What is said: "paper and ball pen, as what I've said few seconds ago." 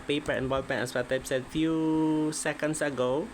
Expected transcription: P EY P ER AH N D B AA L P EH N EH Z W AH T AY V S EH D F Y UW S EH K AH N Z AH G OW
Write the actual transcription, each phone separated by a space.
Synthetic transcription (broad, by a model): P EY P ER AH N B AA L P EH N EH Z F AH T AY P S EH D F Y UW S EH K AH N S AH G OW